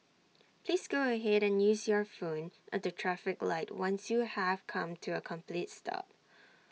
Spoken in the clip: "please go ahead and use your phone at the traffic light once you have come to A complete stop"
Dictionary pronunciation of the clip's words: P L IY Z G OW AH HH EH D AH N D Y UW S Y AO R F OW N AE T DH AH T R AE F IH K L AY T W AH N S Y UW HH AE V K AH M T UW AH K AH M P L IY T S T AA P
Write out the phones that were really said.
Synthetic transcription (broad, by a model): P L IY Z G OW AH HH EH D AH N Y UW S Y AO R F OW N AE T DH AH T R AE F IH K L AY T W AH N S Y UW HH AE V K AH M T UW AH K AH M P L IY T S T AA P